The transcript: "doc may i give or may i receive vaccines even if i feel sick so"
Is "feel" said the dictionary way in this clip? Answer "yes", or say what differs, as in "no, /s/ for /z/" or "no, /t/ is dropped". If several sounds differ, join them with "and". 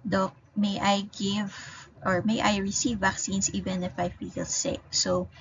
no, /p/ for /f/